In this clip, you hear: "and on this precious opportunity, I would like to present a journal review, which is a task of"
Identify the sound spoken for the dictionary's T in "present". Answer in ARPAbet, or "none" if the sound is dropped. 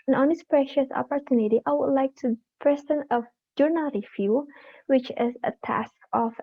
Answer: none